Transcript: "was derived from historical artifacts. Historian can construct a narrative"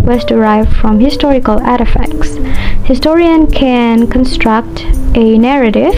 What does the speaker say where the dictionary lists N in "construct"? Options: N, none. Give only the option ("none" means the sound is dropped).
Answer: N